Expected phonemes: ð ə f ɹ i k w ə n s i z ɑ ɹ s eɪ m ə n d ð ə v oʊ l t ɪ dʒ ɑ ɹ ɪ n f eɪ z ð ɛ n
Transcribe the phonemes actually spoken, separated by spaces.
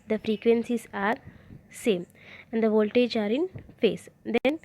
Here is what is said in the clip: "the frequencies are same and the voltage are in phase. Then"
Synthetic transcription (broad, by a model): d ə f ɹ i k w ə n s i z ɑ ɹ s eɪ m ə n d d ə v oʊ l t ɪ dʒ ɑ ɹ ɪ n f eɪ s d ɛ n